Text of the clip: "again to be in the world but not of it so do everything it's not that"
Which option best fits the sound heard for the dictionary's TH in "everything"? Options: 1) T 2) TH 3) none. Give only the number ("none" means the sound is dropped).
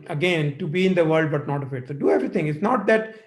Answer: 1